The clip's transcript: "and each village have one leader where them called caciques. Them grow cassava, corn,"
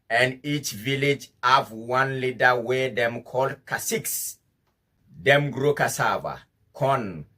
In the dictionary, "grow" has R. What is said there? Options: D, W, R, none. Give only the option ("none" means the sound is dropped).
R